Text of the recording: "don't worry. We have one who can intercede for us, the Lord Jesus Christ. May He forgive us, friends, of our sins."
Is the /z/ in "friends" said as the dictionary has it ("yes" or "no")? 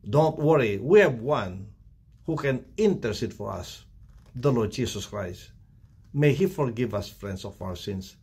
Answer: no